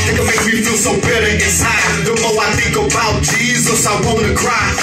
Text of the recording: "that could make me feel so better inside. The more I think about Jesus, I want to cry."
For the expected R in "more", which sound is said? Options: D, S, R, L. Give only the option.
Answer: L